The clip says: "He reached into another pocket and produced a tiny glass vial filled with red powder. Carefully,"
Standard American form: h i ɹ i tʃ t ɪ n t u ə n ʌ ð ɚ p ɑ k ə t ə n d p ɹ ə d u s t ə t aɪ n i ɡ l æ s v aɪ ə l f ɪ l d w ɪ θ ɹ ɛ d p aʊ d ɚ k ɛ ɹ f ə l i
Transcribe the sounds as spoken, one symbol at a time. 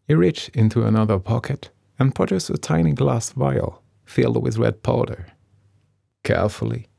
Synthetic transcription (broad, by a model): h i ɹ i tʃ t ɪ n t u ə n ʌ ð ɚ p ɑ k ə t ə n p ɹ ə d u s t ə t aɪ n i ɡ l æ s v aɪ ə l f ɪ l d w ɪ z ɹ ɛ d p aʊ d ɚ k ɛ ɹ f l i